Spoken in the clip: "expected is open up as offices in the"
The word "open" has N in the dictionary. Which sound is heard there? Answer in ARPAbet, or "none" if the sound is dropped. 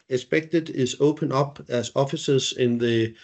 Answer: N